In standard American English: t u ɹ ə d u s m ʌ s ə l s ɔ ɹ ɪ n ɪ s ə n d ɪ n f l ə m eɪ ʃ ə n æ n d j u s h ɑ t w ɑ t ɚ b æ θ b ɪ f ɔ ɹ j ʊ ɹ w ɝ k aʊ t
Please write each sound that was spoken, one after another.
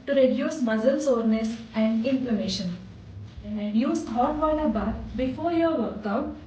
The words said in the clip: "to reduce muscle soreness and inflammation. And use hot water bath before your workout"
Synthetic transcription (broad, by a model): t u ɹ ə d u s m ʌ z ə l s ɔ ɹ n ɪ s ə n d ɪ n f l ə m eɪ ʃ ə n n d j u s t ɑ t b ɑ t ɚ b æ t b ɪ f ɔ ɹ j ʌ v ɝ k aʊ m